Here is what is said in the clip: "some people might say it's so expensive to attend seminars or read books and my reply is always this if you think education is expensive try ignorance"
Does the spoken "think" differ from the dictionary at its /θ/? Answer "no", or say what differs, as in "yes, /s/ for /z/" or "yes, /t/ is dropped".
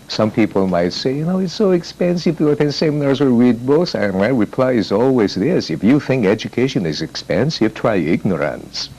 no